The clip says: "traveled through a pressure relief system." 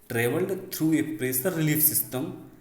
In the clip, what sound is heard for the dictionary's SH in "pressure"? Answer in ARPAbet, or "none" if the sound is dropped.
S